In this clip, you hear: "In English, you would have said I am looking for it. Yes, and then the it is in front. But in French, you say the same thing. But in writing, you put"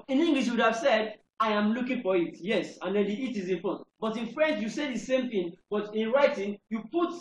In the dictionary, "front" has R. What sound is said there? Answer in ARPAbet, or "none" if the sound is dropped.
none